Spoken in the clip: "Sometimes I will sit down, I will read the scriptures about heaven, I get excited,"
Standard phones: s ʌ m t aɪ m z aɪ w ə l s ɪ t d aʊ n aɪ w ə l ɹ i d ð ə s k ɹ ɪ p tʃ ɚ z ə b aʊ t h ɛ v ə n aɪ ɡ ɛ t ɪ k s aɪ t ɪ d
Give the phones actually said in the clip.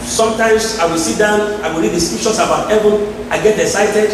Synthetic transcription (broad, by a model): s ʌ m t aɪ m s aɪ w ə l s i t d aʊ n aɪ w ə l ɹ i d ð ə s k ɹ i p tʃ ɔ s ə b aʊ t h ɛ v ə n aɪ ɡ ɛ t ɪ k s aɪ t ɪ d